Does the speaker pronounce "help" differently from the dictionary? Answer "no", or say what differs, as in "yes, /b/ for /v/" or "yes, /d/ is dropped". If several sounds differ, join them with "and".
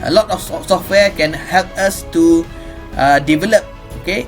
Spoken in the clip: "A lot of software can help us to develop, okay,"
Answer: no